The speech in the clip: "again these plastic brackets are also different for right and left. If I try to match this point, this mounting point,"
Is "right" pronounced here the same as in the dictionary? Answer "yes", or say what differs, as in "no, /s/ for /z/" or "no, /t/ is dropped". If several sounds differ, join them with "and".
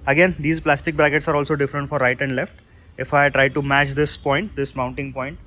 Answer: yes